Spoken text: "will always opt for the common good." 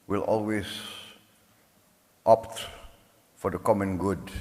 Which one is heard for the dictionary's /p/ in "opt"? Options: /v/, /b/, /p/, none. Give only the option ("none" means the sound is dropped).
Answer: /p/